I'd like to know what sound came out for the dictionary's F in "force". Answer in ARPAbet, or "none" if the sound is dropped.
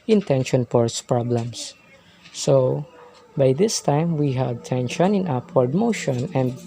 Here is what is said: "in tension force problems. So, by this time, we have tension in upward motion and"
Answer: P